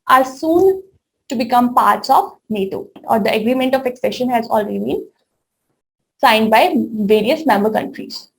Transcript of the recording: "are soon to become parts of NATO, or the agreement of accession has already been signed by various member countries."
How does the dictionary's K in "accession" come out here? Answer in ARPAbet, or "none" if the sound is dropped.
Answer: K